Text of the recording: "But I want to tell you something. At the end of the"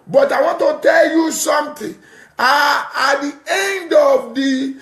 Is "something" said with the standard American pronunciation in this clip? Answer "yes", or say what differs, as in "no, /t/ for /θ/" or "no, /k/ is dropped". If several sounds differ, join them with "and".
no, /t/ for /θ/